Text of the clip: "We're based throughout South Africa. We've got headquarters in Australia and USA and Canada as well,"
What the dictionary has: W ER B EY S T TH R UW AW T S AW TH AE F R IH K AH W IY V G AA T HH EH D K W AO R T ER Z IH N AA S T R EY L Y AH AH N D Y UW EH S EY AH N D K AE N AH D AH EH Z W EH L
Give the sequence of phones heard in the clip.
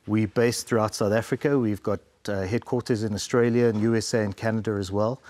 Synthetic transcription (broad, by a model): W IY B EY S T TH R UW AW T S AW TH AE F R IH K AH W IY V G AA T HH EH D K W AO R T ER Z IH N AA S T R EY L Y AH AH N Y UW EH S EY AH N K AE N AH D AH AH Z W EH L